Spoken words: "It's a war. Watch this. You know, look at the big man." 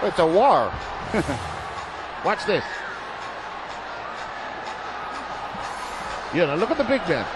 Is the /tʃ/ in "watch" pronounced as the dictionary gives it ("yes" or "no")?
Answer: no